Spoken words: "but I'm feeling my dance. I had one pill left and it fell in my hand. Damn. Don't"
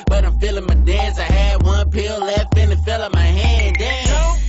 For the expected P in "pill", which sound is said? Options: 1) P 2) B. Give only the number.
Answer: 1